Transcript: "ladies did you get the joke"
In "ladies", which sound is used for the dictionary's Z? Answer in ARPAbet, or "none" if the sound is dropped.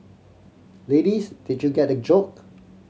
S